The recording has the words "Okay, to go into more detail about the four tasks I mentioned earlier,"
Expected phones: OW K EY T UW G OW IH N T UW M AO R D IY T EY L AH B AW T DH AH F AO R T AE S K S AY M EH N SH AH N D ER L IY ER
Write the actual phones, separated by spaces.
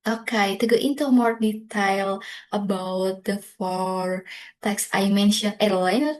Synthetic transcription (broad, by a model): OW K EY T UW G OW IH N T UW M AO R D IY T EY L AH B AW T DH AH F AO R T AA K S AY M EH N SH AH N ER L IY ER